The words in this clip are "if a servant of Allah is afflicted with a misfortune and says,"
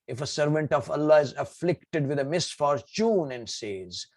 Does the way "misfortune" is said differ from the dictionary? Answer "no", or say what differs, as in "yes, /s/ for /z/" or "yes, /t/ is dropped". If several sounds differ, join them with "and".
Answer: no